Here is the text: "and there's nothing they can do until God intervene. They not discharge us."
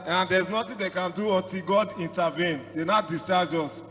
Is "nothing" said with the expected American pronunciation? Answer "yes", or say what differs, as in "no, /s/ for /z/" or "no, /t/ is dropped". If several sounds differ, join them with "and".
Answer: no, /t/ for /θ/